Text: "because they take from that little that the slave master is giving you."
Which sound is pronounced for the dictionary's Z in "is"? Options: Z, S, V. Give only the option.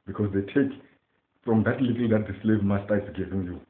S